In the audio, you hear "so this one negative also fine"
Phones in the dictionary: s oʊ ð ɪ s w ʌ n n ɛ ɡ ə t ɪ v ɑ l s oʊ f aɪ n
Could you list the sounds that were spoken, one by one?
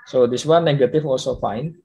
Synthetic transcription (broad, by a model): s oʊ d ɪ s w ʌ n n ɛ ɡ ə t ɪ f ɑ l s oʊ f aɪ n